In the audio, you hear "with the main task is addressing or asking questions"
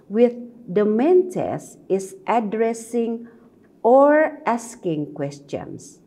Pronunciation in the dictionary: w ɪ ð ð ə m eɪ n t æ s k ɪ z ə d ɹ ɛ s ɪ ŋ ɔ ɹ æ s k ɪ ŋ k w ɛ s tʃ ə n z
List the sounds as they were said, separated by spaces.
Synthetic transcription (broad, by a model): w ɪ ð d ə m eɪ n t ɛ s ɪ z ə d ɹ ɛ s ɪ ŋ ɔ ɹ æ s k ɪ ŋ k w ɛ s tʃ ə n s